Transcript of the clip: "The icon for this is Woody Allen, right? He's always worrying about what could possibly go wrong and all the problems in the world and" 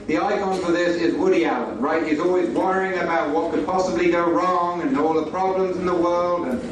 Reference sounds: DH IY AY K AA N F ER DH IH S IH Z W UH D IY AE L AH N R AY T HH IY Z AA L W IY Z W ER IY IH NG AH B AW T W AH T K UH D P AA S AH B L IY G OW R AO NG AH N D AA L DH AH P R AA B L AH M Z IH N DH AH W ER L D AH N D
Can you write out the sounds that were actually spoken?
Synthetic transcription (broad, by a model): DH IY AY K AA N F ER DH IH S IH Z W UH D IY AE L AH R AY T HH IY Z AA L W IY Z W ER IY IH NG AH B AW T W AH T K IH D P AA S AH B L IY G OW R AO NG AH N AA L DH AH P R AA B L AH M Z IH N DH AH W ER L D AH N